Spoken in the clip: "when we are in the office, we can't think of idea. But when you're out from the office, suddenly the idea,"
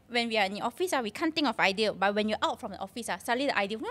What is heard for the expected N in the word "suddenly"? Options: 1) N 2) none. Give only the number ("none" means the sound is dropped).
2